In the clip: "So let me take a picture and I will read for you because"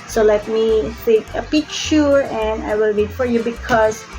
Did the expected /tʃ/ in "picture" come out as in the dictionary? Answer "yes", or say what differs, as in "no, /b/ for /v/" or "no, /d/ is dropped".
no, /ʃ/ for /tʃ/